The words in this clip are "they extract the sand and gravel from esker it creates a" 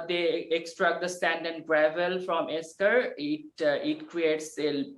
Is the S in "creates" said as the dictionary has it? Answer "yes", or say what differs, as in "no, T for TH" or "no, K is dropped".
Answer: yes